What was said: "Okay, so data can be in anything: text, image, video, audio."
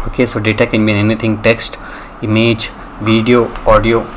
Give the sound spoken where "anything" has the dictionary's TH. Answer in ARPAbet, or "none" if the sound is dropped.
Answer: T